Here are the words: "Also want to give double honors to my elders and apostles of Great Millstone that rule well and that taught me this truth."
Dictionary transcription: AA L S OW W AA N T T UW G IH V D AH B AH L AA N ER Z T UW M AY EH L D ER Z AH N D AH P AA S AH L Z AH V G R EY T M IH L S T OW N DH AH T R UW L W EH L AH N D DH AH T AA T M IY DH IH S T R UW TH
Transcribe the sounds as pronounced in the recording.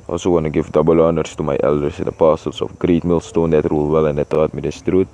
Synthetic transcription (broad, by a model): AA L S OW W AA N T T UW G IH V D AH B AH L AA N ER S T UW M AY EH L D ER S AH N D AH P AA S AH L S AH F G R EY T M IH L S T OW N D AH T R UW L W EH L AH N D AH T AA T M IY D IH S T R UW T